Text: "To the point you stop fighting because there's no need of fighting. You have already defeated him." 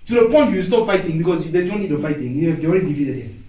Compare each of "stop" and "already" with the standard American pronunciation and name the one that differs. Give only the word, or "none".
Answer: already